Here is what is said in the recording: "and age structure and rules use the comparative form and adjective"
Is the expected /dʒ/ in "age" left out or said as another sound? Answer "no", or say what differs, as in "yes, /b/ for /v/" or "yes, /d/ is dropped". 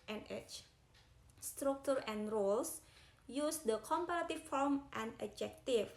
yes, /tʃ/ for /dʒ/